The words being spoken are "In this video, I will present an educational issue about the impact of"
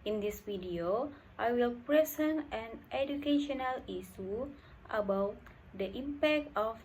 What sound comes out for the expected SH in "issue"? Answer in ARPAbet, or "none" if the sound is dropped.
S